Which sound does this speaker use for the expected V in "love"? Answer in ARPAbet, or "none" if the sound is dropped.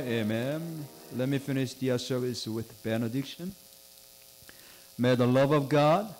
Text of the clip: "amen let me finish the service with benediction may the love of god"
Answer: V